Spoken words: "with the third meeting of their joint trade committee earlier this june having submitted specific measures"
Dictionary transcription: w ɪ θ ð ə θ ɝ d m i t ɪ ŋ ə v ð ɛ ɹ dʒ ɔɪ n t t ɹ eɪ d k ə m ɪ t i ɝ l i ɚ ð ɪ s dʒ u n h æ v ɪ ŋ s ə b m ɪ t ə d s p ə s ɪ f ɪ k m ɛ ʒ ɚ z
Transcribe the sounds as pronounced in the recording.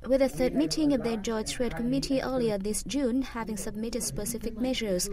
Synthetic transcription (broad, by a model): w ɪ ð ə θ ɝ d m i t ɪ ŋ ə v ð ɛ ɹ dʒ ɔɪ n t t ɹ eɪ d k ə m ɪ t i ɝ l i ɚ ð ɪ s dʒ u n h æ v ɪ ŋ s ə b m ɪ t ə d s p ə s ɪ f ɪ k m ɛ ʒ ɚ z